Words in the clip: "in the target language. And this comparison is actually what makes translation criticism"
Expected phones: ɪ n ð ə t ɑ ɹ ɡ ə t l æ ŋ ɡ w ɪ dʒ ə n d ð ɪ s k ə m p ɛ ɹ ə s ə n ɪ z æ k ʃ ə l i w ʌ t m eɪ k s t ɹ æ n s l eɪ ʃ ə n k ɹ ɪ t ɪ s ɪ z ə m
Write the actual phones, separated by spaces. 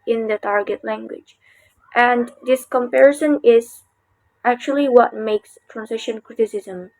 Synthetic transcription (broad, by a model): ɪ n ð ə t ɑ ɹ ɡ ə t l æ ŋ ɡ w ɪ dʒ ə n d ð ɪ s k ə m p ɛ ɹ ə s ə n ɪ z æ k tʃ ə l i w ʌ t m eɪ k s t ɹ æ n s ɪ ʃ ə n k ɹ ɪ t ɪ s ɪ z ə m